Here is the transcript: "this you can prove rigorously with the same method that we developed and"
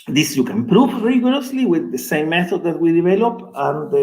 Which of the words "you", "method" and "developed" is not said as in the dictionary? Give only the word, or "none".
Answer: developed